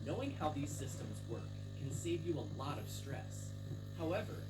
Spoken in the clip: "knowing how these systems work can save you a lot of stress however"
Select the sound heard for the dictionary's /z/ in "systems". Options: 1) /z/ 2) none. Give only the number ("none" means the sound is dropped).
1